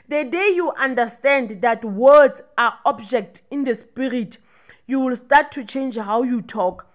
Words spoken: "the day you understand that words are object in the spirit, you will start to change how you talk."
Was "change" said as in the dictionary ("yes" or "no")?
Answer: yes